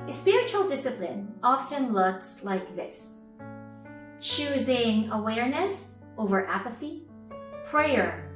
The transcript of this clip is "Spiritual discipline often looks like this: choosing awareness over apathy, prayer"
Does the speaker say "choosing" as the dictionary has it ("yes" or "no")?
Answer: yes